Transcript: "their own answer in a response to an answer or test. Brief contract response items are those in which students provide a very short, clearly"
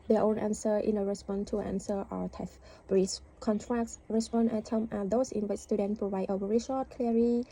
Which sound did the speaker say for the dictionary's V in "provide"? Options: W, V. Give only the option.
V